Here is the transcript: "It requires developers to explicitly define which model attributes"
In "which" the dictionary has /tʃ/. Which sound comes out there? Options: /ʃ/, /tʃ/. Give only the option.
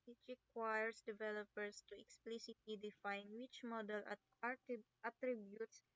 /tʃ/